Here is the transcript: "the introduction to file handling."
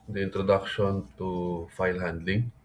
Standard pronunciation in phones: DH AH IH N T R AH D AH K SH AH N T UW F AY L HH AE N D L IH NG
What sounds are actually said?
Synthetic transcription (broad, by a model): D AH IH N T R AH D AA K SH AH N T UW F AY L HH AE N D L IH NG